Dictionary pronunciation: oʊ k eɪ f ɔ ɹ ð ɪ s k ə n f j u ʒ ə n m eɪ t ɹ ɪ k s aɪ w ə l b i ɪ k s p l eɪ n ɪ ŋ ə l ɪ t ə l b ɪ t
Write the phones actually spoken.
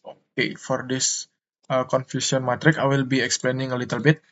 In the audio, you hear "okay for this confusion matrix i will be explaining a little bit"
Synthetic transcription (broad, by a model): oʊ k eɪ f ɔ ɹ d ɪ s k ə n f j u s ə n m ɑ t ɹ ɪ k aɪ w ə l b i ɪ k s p l eɪ n ɪ ŋ ə l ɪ t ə l b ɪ t